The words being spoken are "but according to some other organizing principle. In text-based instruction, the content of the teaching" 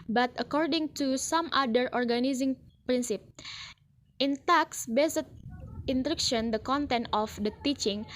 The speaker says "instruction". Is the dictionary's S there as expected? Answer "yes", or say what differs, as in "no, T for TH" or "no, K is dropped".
no, S is dropped